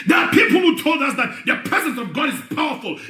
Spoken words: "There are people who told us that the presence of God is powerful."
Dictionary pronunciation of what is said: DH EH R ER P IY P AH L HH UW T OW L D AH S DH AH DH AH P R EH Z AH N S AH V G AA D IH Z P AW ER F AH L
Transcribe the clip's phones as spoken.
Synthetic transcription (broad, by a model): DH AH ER P IY P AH L HH UW T OW L D AH S DH AH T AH P R EH Z AH N S AH V G AA D IH Z P AW ER F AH L